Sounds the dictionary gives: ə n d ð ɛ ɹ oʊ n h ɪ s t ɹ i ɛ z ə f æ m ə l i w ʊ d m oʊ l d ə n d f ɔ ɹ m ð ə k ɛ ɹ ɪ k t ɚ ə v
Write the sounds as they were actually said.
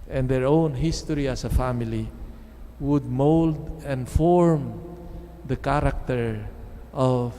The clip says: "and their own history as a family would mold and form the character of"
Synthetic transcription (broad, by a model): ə n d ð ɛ ɹ oʊ n h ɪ s t ɹ i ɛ s ə f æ m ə l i w ʊ d m oʊ l d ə n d f ɔ ɹ m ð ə k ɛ ɹ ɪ k t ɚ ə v